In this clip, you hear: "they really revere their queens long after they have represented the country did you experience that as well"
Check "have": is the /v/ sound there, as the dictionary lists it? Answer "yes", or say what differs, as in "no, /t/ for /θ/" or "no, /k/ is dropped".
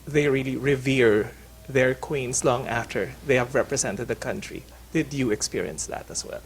yes